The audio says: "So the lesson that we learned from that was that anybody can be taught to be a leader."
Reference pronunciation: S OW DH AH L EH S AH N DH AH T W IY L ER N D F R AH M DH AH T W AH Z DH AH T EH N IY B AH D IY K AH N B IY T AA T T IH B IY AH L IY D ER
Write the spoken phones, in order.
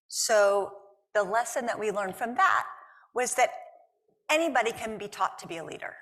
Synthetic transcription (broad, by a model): S OW DH AH L EH S AH N DH AH T W IY L ER N D F R AH M DH AH T W AH Z DH AH T EH N IY B AH D IY K AH N B IY T AA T T IH B IY AH L IY D ER